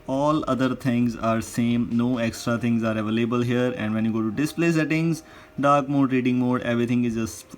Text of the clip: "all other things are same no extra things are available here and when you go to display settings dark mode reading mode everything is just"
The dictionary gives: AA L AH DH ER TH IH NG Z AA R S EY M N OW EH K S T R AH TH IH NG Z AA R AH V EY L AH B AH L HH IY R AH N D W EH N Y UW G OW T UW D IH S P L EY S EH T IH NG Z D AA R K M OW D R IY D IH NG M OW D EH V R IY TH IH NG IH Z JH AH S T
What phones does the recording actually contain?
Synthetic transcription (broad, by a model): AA L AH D ER T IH NG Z AA R S EY M N OW EH K S T R AH T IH NG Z AA R AH V EY L AH B AH L HH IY R AH N D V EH N Y UW G OW T UW D IH S P L EY S EH T IH NG Z D AA R K M OW D R IY D IH NG M OW D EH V R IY T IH NG IH Z JH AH S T